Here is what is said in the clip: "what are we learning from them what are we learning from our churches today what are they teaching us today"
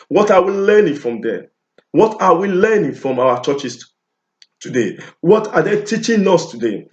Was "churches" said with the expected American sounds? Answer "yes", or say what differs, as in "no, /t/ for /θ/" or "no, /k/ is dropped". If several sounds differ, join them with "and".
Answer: no, /s/ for /z/